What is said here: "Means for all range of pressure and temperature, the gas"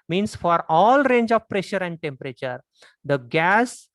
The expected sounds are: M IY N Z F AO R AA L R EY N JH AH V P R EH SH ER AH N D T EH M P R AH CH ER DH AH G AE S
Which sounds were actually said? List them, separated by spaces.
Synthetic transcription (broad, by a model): M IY N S F AO R AA L R EY N JH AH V P R EH SH ER AH N D T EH M P R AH CH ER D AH G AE S